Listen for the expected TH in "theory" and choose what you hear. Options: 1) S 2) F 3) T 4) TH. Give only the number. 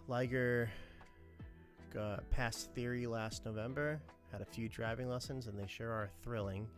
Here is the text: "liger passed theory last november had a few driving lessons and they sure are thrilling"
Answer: 4